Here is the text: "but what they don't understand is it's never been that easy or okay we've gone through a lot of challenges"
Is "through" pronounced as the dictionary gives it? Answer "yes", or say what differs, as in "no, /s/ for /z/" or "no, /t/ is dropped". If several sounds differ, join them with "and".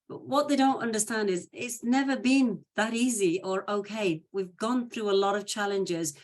yes